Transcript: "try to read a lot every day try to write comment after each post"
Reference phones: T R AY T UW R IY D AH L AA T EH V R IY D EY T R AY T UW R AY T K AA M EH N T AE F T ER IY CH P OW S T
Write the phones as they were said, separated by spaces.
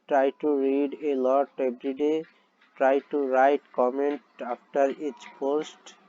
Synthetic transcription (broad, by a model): T R AY T UW R IY D AH L AA T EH B R IY D EY T R AY T UW R AY T K AA M EH N T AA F T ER IY CH P OW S T